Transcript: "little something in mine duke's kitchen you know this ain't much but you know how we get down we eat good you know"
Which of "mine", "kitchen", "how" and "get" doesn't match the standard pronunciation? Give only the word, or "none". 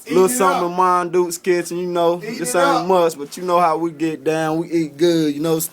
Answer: kitchen